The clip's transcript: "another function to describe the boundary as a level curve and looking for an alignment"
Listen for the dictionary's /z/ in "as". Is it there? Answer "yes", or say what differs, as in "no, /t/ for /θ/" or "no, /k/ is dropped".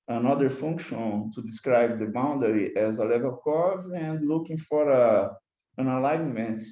yes